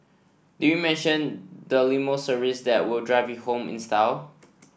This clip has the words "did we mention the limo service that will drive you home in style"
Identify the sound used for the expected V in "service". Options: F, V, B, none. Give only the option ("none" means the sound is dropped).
none